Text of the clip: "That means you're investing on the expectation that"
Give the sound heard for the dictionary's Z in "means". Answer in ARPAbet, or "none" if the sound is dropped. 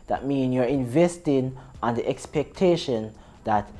none